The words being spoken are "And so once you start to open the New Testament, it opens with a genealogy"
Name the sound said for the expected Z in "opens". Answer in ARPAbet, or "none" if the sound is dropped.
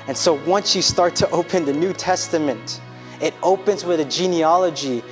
Z